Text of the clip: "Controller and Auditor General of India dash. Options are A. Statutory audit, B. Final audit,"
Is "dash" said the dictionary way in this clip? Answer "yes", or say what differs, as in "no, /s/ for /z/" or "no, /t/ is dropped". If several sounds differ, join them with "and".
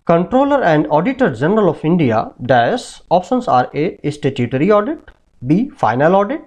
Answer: no, /s/ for /ʃ/